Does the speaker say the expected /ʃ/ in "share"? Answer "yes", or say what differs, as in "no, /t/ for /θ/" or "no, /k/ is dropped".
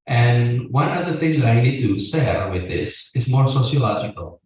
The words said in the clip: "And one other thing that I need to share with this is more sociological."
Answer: no, /s/ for /ʃ/